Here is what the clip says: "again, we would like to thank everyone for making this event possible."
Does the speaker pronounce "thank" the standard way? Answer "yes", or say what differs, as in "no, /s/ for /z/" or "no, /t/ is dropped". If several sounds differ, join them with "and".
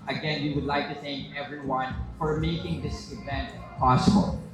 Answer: yes